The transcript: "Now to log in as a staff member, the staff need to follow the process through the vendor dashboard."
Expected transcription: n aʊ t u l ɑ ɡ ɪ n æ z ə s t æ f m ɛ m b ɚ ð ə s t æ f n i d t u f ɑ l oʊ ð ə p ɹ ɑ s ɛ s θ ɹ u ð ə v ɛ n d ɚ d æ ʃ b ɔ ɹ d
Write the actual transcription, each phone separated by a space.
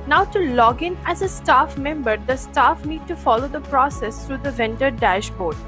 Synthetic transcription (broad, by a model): n aʊ t u l ɑ ɡ ɪ n æ z ə s t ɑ f m ɛ m b ɚ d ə s t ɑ f n i d t u f ɑ l oʊ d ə p ɹ ɑ s ɛ s t ɹ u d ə v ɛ n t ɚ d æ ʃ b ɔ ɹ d